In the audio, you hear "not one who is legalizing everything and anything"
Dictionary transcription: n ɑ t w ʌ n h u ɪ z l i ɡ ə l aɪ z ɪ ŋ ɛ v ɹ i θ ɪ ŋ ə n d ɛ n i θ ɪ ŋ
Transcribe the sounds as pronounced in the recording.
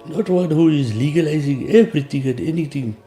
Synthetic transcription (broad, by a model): n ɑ t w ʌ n h u ɪ z l i ɡ ə l aɪ z ɪ ŋ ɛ b ɹ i t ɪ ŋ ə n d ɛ n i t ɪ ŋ